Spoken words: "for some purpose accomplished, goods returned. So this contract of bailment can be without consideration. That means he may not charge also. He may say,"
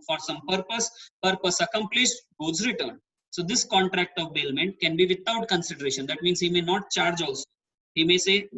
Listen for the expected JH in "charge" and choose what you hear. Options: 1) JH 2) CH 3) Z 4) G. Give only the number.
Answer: 1